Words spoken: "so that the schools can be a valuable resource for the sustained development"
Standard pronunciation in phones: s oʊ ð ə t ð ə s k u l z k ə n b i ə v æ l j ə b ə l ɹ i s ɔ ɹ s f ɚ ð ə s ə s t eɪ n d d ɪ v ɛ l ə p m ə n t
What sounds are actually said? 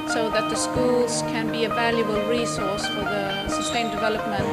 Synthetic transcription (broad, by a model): s oʊ ð ə t ð ə s k u l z k ə n b i ə v æ l j ə b ə l ɹ i s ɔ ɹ s f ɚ ð ə s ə s t eɪ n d d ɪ v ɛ l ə p m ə n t